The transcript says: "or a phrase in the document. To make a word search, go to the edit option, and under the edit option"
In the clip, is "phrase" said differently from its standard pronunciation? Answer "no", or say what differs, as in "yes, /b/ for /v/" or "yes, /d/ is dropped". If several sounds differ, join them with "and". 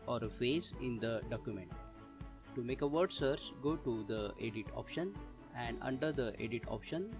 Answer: yes, /ɹ/ is dropped